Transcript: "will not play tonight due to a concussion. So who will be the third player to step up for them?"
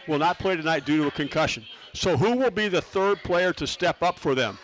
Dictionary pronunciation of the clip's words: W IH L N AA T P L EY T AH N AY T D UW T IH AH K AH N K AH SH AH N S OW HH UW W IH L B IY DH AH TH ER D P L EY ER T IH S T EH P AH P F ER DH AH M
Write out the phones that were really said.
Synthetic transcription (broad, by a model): W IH L N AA T P L EY T AH N AY T D UW T IH AH K AH N K AH SH AH N S OW HH UW W IH L B IY DH AH TH ER D P L EY ER T IH S T EH P AH P F ER DH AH M